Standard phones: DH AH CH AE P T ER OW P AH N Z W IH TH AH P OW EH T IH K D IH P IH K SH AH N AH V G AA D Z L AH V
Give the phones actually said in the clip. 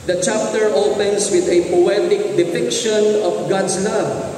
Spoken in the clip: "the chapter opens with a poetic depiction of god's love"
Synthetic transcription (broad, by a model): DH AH CH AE P T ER OW P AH N S W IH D AH P OW EH T IH K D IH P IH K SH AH N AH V G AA D S L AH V